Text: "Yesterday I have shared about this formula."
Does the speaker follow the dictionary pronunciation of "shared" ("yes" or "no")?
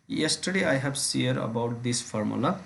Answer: no